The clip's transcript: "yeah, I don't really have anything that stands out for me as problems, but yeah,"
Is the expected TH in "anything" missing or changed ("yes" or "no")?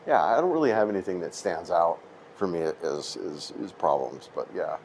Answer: no